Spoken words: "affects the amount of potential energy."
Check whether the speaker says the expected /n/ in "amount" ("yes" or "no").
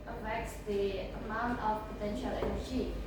yes